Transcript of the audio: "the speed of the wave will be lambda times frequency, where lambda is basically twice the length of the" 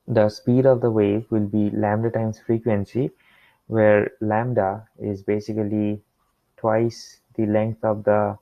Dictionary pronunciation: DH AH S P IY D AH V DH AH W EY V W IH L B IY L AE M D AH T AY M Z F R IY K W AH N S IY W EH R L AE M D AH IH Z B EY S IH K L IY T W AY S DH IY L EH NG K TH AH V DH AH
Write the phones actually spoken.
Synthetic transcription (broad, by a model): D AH S P IY D AH V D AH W EY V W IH L B IY L AE M D AH T AY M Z F R IY K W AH N S IY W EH R L AE M D AH IH Z B EY S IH K L IY T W AY S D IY L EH NG K T AH V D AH